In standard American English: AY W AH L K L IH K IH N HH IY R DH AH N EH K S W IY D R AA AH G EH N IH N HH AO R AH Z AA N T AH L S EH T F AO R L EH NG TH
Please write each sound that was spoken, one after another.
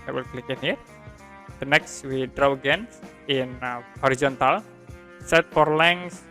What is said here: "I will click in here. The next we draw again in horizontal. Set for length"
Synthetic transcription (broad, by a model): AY W AH L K L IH K IH N HH IY R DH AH N EH K S W IY D R AA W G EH N IH N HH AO R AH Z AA N T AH L S EH T F AO R L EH NG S